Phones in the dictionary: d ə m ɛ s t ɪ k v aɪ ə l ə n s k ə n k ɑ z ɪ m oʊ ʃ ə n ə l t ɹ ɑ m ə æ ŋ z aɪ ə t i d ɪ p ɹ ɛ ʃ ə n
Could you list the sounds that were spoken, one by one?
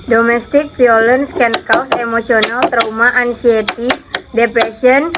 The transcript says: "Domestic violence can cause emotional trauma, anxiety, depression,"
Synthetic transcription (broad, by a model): d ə m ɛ s t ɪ k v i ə l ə n s k ə n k ɑ s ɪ m oʊ s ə n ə l t ɹ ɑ m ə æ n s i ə t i d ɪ p ɹ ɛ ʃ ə n